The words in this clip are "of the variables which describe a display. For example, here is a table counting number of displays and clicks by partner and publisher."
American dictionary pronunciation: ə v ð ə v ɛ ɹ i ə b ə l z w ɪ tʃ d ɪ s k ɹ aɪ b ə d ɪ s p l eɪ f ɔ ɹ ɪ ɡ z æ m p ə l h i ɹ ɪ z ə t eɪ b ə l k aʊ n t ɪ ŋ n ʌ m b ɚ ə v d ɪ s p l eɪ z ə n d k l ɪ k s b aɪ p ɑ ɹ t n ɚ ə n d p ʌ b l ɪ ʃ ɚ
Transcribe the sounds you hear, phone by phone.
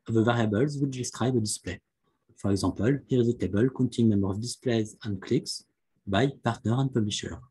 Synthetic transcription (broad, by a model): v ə v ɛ ɹ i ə b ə l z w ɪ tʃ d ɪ s k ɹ aɪ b ə d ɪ s p l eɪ f ɔ ɹ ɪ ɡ z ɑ p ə l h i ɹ ɪ z ə t eɪ b ə l k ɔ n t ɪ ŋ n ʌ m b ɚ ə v d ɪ s p l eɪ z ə n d k l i k s b aɪ p ɑ ɹ t n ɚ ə n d p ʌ b l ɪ ʃ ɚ